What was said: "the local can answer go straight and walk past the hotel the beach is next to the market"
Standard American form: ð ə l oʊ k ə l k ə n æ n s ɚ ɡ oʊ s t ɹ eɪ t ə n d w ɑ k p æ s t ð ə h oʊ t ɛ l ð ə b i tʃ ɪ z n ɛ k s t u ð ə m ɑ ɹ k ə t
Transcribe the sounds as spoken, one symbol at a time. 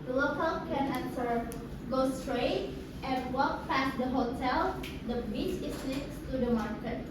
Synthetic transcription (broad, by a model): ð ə l oʊ k ə l k ə n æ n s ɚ ɡ oʊ s t ɹ eɪ t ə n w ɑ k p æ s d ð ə h oʊ t ɛ l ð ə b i s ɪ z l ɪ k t t u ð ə m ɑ ɹ k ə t